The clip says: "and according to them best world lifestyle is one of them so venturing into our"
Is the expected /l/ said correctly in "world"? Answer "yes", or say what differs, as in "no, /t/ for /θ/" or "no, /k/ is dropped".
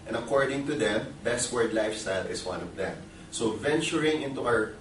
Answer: no, /l/ is dropped